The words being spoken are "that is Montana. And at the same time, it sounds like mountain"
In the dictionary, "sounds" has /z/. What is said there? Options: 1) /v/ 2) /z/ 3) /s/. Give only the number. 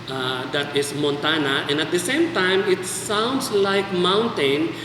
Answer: 3